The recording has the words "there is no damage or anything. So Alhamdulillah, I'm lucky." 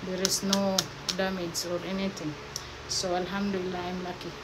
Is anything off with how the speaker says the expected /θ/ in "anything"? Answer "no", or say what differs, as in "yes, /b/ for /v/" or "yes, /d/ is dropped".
yes, /t/ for /θ/